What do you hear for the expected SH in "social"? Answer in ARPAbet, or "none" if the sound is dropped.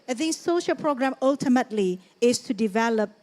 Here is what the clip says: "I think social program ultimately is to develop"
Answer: SH